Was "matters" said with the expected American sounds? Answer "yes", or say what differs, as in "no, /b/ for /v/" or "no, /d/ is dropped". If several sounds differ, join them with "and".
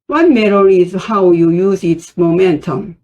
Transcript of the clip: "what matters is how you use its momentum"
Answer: no, /z/ is dropped